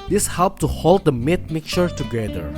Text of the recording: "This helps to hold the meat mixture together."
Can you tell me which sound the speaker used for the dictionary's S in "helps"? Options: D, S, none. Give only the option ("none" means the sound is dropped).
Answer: none